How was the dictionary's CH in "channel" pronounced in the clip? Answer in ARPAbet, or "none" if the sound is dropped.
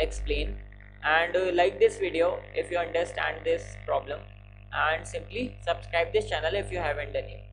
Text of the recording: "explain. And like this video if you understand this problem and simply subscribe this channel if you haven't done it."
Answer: CH